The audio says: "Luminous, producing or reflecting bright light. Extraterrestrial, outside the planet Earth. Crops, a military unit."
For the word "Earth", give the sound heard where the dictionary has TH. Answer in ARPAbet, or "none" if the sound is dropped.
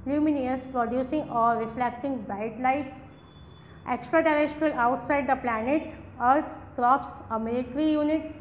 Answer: T